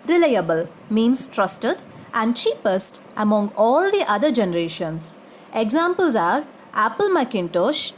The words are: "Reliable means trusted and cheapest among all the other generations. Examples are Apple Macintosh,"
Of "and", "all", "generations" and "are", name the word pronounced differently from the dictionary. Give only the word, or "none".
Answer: generations